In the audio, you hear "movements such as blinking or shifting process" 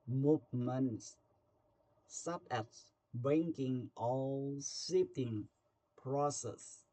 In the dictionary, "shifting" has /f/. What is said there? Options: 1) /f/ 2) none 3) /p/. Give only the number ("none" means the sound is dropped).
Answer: 2